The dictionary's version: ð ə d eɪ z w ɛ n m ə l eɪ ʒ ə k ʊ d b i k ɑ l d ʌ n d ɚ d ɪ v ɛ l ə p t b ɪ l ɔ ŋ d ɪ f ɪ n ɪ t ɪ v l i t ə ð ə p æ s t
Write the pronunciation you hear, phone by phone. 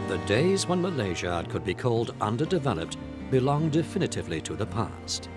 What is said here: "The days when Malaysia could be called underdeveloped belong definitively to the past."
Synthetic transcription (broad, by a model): ð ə d eɪ z w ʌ n m ə l eɪ ʒ ə k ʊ d b i k ɑ l d ʌ n d ɚ d ɪ v ɛ l ə p t b ɪ l ɔ ŋ d ɪ f ɪ n ɪ t ɪ v l i t ə ð ə p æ s t